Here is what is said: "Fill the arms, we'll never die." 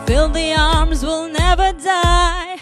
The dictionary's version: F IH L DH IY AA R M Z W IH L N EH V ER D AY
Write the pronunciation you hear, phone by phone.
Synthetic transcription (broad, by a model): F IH L DH IY AA R M Z W IH L N EH V ER D AY